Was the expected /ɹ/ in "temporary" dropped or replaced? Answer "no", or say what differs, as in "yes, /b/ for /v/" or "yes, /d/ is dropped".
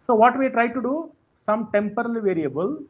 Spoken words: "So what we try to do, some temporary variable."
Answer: yes, /l/ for /ɹ/